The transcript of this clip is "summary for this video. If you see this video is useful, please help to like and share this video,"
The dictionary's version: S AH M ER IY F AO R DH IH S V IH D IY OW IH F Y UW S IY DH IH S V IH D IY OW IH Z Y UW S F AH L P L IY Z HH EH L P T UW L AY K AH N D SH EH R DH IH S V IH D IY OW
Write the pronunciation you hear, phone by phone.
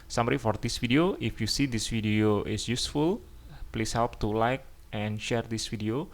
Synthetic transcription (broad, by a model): S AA M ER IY F AO R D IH S F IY D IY OW IH F Y UW S IY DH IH S F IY D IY OW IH S Y UW S F AH L P L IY S HH EH L P T UW L AY K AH N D SH EH R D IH S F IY D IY OW